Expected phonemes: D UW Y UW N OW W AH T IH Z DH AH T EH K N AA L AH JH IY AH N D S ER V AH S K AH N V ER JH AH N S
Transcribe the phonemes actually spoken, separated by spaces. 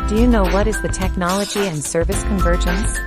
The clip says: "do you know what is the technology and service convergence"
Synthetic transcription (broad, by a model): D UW Y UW N OW W AH T IH Z DH AH T EH K N AA L AH JH IY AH N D S ER V AH S K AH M V ER JH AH N S